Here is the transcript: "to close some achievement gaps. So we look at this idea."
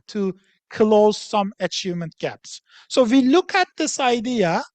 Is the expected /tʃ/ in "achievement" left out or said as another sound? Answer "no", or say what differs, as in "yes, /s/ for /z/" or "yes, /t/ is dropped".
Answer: no